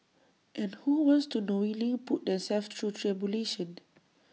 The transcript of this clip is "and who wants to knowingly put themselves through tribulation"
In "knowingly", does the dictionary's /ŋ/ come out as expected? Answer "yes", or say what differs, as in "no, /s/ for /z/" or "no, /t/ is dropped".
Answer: no, /ŋ/ is dropped